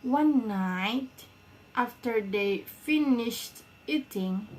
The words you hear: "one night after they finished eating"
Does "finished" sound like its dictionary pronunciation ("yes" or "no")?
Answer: yes